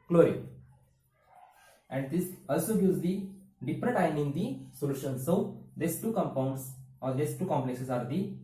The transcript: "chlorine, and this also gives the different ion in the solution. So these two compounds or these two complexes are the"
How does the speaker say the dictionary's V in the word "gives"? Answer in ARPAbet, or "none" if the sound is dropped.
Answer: none